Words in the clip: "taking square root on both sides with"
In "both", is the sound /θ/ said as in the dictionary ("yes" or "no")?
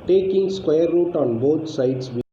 no